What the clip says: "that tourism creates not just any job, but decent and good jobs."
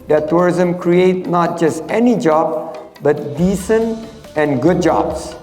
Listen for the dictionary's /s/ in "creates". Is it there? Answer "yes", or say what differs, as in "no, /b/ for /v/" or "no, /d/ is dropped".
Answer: no, /s/ is dropped